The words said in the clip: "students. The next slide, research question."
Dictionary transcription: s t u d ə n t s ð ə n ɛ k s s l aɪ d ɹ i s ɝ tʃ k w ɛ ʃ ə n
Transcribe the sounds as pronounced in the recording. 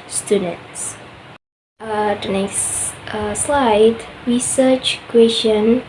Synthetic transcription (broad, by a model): s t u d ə n t s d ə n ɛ s s l aɪ d ɹ i s ɝ tʃ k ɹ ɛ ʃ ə n